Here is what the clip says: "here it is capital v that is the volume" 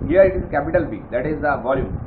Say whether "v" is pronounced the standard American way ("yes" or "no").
no